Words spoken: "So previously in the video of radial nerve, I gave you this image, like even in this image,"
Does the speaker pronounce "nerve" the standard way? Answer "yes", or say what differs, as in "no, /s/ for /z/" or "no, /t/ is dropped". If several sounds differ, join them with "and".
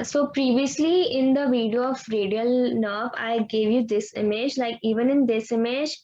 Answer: no, /b/ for /v/